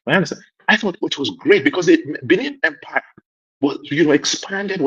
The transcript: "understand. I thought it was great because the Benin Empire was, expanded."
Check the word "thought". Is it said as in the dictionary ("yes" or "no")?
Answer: yes